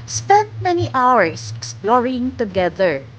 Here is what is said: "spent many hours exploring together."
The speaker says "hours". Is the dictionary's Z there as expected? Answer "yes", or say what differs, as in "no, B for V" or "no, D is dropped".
no, S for Z